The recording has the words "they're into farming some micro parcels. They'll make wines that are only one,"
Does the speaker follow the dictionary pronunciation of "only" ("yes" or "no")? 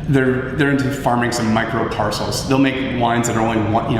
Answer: no